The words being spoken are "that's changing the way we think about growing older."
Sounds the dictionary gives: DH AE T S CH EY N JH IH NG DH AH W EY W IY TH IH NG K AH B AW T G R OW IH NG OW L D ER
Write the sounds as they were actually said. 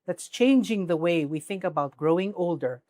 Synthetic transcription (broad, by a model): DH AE T S CH EY N JH IH NG DH AH W EY W IY TH IH NG K AH B AW T G R OW IH NG OW L D ER